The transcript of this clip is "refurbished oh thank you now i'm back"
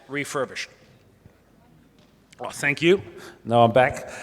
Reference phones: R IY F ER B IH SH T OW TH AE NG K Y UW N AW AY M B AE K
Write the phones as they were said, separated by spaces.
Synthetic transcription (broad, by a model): R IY F ER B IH SH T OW TH AE NG K Y UW N AW AY M B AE K